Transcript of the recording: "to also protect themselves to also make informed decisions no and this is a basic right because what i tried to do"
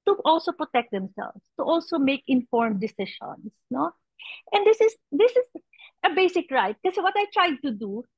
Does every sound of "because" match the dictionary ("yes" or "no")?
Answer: no